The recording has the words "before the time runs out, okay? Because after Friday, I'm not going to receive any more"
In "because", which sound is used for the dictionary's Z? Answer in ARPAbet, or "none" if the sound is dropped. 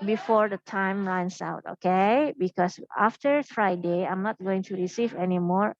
S